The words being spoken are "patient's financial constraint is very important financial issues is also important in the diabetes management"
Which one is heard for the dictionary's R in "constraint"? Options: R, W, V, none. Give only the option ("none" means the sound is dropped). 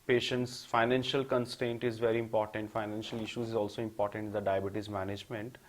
none